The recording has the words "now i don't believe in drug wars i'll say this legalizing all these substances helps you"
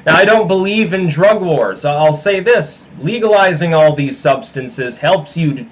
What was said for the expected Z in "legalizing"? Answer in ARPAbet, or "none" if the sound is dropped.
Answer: Z